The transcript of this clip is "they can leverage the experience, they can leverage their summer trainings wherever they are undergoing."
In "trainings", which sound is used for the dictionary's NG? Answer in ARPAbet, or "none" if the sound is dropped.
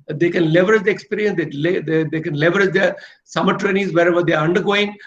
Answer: none